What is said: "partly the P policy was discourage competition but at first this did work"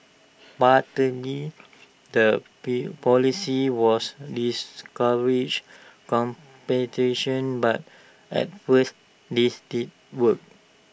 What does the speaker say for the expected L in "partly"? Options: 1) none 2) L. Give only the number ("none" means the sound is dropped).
1